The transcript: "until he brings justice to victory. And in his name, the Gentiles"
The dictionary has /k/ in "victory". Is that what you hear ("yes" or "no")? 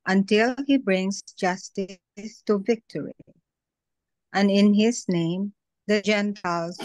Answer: yes